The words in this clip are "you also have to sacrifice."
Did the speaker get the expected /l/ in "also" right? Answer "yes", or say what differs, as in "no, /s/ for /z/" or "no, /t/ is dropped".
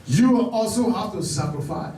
yes